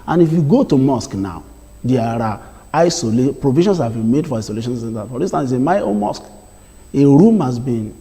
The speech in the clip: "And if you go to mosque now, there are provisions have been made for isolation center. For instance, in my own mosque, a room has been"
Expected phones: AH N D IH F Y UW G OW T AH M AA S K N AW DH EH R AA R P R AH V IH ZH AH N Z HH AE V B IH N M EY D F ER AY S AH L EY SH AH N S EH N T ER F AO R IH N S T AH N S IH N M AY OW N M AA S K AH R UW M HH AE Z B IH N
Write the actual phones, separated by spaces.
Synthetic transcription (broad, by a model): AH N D IH F Y UW G OW T AH M AA S K N AW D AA R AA L P R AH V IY SH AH N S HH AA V B IH N M EY D F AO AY S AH L EY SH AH N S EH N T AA F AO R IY S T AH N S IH M AY OW N M AA S K AH R UW M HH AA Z B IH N